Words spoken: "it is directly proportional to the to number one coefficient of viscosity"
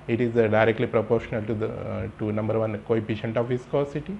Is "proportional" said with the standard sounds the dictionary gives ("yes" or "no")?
yes